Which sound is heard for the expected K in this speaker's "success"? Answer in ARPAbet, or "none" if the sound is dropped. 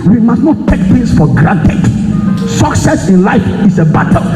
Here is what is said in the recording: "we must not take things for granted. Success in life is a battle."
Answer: K